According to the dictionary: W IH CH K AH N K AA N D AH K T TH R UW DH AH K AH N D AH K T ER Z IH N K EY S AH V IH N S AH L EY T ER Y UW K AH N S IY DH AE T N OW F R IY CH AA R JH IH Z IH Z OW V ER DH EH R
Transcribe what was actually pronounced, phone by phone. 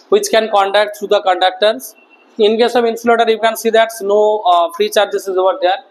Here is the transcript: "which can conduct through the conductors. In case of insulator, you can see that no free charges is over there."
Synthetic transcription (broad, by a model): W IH CH K AH N K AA N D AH K T T R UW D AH K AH N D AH K T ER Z IH N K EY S AH V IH N S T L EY T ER Y UW K AH N S IY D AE T N OW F R IY CH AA R JH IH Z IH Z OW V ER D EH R